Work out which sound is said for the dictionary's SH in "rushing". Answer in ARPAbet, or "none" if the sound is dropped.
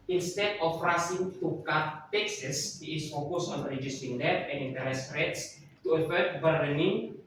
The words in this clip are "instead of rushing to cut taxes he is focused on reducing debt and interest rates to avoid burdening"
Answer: S